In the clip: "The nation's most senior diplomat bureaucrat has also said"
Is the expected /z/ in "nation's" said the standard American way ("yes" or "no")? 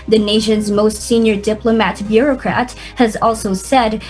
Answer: yes